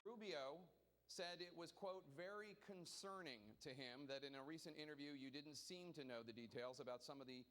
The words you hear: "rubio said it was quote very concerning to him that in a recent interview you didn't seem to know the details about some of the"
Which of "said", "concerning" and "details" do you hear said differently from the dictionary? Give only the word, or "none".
none